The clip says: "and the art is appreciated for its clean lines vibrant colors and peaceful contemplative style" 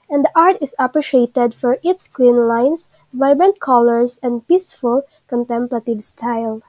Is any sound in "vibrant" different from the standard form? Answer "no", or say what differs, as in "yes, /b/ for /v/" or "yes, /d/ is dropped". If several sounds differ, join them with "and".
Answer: no